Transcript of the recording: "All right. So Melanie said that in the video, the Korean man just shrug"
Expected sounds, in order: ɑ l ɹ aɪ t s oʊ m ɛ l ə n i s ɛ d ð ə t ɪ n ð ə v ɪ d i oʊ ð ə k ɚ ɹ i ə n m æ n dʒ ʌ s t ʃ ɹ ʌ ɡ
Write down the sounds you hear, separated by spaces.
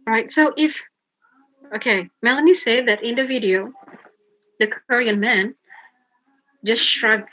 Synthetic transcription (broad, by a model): ɹ aɪ t s oʊ m ɛ l ə n i s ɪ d ð ə t ɪ n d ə v ɪ d i oʊ ð ə k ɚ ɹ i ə n m æ n dʒ ʌ s t ʃ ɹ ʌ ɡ